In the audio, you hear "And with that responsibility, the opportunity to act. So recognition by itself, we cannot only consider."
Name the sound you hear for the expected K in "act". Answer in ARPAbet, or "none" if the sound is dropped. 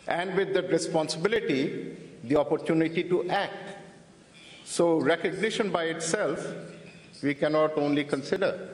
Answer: K